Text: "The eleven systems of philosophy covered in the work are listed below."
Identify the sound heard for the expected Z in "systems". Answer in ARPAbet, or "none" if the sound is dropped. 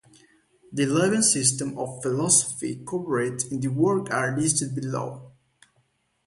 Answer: none